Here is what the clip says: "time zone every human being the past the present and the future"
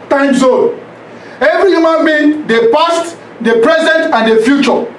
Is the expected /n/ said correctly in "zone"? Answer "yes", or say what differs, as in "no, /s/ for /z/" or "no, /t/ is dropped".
no, /n/ is dropped